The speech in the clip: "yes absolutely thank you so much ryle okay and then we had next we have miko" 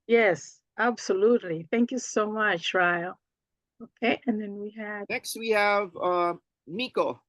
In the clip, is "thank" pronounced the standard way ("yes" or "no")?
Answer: yes